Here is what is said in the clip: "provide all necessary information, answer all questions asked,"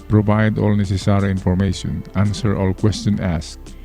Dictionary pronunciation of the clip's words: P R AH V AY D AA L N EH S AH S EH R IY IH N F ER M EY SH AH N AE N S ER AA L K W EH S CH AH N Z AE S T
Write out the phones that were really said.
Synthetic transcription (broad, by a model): P R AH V AY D AA L N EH S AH S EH R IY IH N F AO M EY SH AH N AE N S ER AA L K W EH S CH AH N AE S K